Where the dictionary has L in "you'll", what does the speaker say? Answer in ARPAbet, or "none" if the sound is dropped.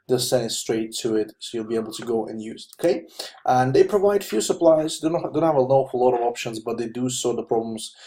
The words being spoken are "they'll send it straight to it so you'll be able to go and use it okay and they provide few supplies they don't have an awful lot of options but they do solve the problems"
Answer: L